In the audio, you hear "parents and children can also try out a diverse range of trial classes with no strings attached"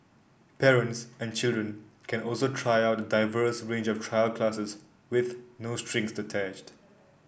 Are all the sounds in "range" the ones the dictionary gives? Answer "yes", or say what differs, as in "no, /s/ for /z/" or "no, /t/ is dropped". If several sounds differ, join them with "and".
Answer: yes